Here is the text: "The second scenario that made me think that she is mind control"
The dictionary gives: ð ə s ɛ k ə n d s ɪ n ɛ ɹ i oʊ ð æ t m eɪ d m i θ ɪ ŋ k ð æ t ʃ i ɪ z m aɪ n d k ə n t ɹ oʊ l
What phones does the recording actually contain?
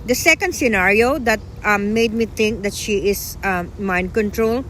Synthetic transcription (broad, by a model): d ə s ɛ k ə n d s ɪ n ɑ ɹ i oʊ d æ t m eɪ d m i t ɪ ŋ k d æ t ʃ i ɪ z m aɪ n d k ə n t ɹ oʊ l